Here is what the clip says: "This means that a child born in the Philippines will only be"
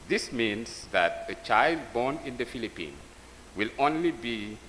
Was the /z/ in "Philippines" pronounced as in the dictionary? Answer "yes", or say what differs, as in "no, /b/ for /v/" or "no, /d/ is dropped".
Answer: no, /z/ is dropped